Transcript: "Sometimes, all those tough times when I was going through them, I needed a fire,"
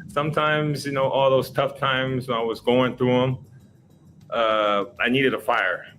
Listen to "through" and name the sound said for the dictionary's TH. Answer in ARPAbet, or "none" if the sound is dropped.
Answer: TH